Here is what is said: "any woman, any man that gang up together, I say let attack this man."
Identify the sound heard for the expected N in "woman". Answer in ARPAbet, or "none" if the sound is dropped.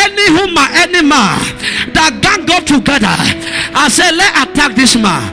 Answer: none